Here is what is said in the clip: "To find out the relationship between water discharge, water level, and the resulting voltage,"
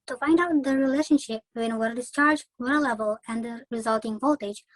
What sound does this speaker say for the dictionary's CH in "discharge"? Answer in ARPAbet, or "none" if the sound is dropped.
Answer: CH